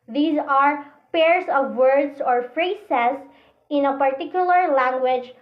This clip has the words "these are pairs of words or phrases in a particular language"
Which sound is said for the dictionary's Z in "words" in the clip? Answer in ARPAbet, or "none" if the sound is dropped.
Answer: S